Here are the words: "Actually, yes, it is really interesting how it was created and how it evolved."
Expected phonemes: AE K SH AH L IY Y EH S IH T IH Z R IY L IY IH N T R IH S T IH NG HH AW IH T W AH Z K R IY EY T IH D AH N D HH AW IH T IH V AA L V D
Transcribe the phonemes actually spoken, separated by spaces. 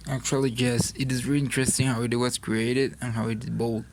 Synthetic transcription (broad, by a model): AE K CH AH L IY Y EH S IH T IH Z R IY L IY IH N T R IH S T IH NG HH AW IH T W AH S K R IY EY T IH D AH N HH AW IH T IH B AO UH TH